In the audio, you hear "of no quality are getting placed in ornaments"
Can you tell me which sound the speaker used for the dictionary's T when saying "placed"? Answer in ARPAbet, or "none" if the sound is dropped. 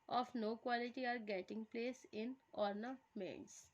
none